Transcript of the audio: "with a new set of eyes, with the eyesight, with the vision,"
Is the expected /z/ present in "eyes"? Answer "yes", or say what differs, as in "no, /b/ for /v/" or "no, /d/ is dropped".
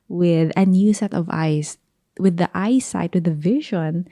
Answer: no, /s/ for /z/